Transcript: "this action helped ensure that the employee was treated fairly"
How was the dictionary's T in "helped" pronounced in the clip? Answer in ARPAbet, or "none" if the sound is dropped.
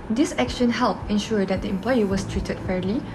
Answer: none